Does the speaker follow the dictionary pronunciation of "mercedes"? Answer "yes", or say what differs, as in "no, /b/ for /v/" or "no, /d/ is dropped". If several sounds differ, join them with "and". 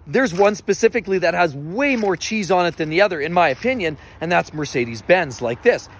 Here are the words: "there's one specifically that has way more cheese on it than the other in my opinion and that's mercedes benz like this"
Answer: yes